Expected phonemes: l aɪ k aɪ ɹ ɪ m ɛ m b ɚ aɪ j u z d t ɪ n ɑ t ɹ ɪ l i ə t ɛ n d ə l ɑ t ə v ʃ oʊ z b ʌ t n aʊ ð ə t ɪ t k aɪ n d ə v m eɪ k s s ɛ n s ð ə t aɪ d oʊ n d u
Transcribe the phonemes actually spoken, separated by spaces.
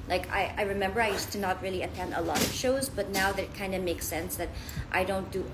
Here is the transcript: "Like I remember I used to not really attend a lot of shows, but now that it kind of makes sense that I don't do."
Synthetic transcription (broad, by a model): l aɪ k aɪ ɹ ɪ m ɛ m b ɚ aɪ j u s t ɪ n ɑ t ɹ ɪ l i ə t ɛ n d ə l ɑ t ə v ʃ oʊ z b ʌ t n aʊ ð ə t ɪ t k aɪ n d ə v m eɪ k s s ɛ n s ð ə t aɪ d oʊ n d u